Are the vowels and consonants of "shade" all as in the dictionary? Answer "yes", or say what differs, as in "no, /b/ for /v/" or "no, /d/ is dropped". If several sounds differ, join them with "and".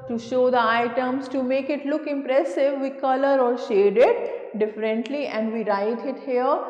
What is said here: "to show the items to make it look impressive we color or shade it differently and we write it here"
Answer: yes